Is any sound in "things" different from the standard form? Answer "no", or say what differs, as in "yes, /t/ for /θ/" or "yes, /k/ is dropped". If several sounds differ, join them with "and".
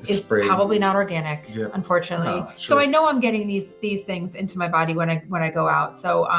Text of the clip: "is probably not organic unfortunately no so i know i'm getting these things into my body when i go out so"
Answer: no